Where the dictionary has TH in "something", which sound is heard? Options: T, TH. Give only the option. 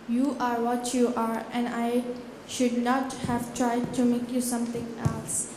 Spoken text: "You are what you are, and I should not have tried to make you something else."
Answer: T